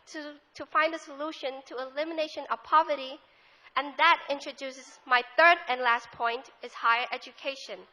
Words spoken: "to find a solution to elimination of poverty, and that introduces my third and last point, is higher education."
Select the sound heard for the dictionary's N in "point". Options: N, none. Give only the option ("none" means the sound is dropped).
N